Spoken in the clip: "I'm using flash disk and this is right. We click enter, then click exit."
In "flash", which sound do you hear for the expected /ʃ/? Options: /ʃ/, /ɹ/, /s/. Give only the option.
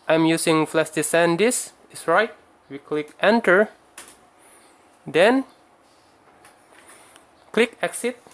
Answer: /s/